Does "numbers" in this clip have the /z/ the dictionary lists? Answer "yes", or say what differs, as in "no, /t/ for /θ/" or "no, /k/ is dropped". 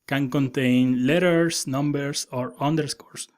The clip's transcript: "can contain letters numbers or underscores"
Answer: no, /s/ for /z/